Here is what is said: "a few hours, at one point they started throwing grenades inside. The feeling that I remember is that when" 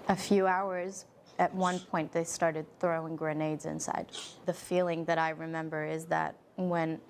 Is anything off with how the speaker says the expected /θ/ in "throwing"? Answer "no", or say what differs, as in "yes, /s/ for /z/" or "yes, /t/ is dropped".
no